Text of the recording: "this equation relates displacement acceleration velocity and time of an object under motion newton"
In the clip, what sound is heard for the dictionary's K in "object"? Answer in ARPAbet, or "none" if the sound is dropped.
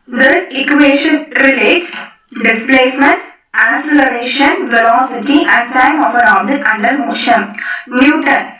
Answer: none